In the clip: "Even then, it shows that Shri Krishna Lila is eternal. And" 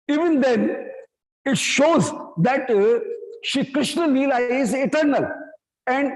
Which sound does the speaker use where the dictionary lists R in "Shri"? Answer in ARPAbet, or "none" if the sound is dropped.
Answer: none